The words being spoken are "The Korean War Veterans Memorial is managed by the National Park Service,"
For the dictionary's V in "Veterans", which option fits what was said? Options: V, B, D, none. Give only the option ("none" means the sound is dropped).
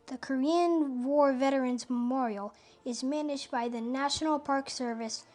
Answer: V